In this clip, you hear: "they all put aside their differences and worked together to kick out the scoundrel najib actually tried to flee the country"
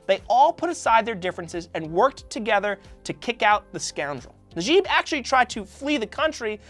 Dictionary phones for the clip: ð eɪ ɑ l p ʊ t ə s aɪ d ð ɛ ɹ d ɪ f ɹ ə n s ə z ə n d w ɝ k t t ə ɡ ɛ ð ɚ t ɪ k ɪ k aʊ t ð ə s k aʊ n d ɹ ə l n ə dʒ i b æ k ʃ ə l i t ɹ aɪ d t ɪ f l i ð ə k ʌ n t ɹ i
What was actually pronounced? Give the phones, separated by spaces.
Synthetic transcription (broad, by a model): ð eɪ ɑ l p ʊ t ə s aɪ d ð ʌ ɹ d ɪ f ɹ ə n s ə z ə n w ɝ k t t ə ɡ ɛ ð ɚ t ɪ k ɪ k aʊ t ð ə s k aʊ n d ɹ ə l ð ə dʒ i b æ k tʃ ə l i t ɹ aɪ d t ɪ f l i ð ə k ʌ n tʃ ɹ i